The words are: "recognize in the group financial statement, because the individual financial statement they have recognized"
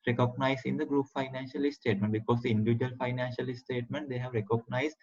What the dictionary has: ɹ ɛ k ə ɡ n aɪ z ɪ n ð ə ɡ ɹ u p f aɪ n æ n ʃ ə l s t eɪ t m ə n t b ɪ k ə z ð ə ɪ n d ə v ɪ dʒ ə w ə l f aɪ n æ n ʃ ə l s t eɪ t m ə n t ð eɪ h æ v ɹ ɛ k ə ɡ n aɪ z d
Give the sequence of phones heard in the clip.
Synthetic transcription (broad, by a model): ɹ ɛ k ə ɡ n aɪ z ɪ n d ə ɡ ɹ u p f aɪ n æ n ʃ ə l s t eɪ t m ə n t b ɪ k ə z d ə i n d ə v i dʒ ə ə l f aɪ n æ n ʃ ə l s t eɪ t m ə n t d eɪ h æ v ɹ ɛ k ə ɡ n aɪ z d